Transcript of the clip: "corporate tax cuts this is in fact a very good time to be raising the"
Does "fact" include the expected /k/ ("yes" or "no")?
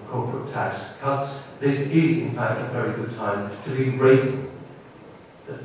yes